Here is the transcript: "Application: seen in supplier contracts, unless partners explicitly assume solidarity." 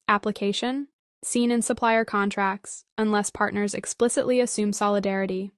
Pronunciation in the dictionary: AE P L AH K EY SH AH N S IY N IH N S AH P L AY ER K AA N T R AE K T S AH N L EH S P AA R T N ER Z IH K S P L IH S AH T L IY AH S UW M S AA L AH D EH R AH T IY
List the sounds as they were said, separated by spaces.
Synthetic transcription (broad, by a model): AE P L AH K EY SH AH N S IY N IH N S AH P L AY ER K AA N T R AE K T S AH N L EH S P AA R T N ER Z IH K S P L IH S AH T L IY AH S UW M S AA L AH D EH R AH T IY